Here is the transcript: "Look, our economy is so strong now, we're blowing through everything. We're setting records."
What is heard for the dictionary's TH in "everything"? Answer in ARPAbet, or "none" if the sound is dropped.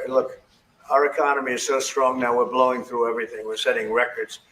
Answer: TH